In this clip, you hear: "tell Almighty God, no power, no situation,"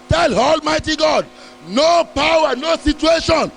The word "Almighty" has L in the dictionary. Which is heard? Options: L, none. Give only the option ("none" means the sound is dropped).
L